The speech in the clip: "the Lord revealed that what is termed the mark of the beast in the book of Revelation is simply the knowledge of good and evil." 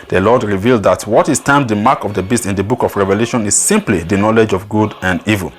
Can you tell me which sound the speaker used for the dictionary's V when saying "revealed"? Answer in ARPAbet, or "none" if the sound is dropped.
V